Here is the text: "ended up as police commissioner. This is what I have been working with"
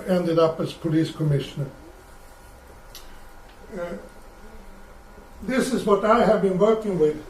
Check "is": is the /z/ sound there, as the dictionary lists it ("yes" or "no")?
yes